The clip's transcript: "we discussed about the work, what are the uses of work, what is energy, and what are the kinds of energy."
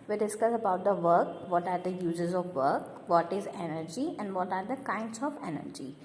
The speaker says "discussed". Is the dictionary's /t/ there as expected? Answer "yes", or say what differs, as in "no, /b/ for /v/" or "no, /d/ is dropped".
no, /t/ is dropped